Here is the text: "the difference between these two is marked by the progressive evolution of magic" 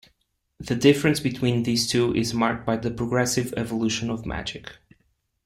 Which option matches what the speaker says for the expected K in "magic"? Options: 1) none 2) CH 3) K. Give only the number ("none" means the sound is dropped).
3